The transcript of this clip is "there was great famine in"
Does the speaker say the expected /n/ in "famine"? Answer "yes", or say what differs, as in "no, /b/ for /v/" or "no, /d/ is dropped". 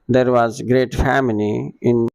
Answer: no, /l/ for /n/